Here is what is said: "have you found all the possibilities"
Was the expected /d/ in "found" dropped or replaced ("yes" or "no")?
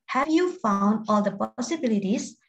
no